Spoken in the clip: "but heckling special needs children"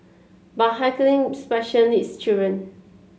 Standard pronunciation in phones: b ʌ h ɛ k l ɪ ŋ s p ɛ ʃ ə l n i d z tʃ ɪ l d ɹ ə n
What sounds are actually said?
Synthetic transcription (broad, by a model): b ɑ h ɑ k l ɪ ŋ s p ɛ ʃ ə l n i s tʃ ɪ d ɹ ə n